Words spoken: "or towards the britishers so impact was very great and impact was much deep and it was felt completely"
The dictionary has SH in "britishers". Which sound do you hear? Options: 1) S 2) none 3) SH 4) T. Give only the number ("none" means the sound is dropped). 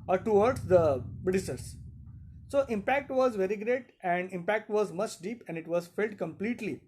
1